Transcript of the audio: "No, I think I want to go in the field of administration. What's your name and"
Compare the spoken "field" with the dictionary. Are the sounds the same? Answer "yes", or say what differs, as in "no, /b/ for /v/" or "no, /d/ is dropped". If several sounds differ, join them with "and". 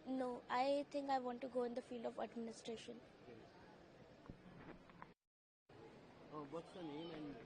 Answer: yes